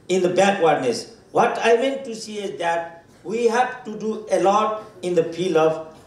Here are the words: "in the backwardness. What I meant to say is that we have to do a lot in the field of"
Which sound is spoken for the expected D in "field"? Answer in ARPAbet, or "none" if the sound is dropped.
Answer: none